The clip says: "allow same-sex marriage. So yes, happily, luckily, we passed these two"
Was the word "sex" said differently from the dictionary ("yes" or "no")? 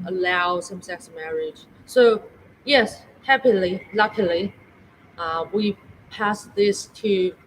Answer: no